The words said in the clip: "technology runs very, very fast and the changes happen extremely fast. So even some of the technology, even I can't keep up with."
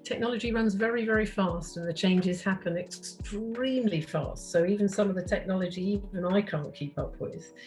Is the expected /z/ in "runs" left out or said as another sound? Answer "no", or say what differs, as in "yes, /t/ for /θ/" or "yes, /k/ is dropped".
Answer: no